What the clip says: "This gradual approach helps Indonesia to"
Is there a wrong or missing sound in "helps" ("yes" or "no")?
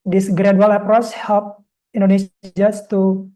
yes